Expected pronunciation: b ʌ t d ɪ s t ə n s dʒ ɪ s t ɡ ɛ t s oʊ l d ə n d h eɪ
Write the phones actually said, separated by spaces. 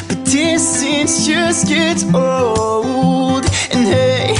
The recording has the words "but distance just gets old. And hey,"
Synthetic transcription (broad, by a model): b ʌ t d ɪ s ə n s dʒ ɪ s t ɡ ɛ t oʊ l d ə n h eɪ